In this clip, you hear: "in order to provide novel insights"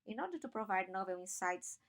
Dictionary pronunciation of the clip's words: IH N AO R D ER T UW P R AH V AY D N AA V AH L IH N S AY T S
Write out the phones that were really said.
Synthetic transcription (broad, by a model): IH N AO R D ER T UW P R AH V AY D N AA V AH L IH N S AY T S